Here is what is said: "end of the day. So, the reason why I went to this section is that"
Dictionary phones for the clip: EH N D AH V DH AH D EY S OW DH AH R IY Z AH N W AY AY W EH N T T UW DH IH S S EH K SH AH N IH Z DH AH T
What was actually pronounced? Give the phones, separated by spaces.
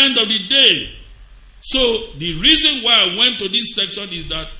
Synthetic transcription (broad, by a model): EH N D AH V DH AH D EY S OW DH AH R IY Z AH N W AY AY W EH N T T UW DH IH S S EH K SH AH N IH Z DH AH T